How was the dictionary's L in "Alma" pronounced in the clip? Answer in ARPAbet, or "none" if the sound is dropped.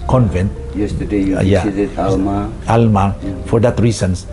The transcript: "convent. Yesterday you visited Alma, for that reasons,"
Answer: L